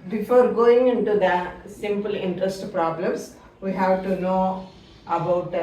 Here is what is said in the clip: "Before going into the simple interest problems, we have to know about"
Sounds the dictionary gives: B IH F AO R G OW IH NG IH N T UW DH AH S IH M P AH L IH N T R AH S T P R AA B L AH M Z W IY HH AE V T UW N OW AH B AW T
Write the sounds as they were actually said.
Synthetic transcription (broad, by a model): B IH F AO R G OW IH NG IH N T UW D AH S IH M P AH L IH N T R AH S T P R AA B L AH M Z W IY HH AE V T UW N OW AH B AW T